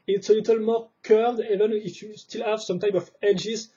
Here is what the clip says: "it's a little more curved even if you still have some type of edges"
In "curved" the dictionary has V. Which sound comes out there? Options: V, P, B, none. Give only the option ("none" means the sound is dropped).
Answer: none